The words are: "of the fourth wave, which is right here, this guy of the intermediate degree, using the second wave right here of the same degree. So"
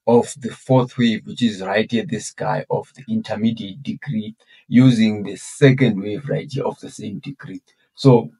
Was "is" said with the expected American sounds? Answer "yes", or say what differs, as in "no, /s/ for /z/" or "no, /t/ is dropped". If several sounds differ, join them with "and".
yes